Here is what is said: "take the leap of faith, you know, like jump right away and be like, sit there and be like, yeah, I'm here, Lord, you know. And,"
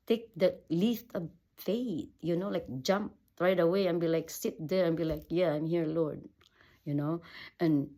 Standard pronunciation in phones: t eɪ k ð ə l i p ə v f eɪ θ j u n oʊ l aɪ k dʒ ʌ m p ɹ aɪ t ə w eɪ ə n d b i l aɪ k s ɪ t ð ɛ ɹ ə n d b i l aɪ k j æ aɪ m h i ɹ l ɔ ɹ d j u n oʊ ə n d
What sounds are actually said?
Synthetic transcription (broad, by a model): t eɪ k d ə l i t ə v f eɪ t j u n oʊ l aɪ k dʒ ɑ m p ɹ aɪ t ə w eɪ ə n b i l aɪ k s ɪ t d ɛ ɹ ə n b i l aɪ k j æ aɪ m h i ɹ l ɔ ɹ d j u n oʊ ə n